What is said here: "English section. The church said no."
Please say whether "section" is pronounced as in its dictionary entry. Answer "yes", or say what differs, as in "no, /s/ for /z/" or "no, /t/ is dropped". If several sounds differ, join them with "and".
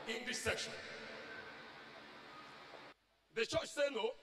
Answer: yes